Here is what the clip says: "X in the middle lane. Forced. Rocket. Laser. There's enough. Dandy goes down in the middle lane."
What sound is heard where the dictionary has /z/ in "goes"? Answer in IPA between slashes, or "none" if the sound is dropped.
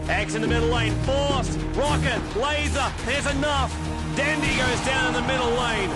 /z/